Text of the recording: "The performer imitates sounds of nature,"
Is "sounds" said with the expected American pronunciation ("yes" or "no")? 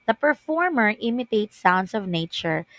no